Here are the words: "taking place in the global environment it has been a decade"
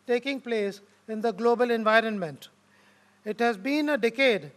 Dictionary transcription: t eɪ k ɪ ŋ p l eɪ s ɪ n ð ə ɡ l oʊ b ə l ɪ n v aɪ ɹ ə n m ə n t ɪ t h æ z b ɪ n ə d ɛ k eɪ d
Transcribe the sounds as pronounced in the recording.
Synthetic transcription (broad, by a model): t eɪ k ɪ ŋ p l eɪ s ɪ n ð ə ɡ l oʊ b ə l ɪ n v aɪ ɹ ə n m ə n t ɪ t h æ z b ɪ n ə d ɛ k eɪ d